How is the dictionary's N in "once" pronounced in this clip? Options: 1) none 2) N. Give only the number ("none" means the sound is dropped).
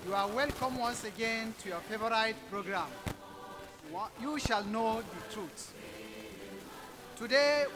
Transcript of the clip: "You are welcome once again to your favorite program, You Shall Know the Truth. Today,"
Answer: 2